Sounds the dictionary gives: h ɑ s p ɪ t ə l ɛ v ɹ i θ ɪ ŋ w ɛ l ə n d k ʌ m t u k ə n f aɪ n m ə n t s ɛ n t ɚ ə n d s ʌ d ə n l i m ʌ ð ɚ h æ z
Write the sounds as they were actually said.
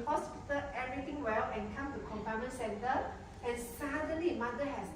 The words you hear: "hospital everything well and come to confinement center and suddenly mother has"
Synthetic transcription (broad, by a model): h ɑ s p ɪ t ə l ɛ ɹ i t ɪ ŋ w ɛ l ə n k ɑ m t u k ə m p aɪ m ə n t s ɛ n t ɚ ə n s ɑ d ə n l i m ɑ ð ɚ h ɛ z